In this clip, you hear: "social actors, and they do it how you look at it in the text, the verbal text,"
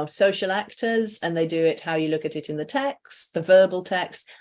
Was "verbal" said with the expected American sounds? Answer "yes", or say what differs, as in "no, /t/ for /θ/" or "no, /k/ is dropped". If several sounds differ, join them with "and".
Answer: yes